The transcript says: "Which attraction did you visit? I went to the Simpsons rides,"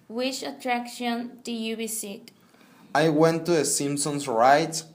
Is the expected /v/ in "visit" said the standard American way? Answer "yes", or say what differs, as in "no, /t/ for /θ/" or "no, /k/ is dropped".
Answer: no, /b/ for /v/